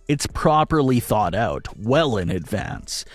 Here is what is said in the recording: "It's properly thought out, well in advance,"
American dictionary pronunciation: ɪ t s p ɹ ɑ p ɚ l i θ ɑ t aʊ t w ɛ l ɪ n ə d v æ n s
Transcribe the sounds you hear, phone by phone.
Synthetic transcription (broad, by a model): ɪ t s p ɹ ɑ p ɚ l i θ ɑ t aʊ t w ɛ l ɪ n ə d v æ n s